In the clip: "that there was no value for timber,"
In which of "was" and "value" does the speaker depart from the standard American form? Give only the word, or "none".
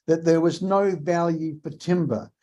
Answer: none